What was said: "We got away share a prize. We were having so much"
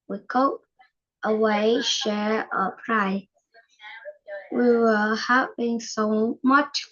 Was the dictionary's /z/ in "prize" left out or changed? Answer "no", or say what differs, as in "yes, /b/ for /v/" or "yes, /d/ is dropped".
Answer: yes, /z/ is dropped